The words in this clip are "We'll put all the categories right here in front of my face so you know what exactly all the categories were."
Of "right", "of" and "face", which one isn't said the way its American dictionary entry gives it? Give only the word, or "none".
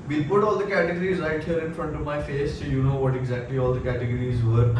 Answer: none